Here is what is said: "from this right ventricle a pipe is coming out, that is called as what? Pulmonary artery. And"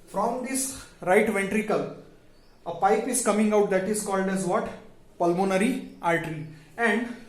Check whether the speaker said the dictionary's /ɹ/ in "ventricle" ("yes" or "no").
yes